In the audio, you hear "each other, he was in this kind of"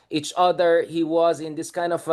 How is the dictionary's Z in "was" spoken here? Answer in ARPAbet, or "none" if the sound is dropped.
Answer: Z